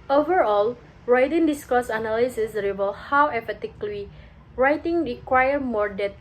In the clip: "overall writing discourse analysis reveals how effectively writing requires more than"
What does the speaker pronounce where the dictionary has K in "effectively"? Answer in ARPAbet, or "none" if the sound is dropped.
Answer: none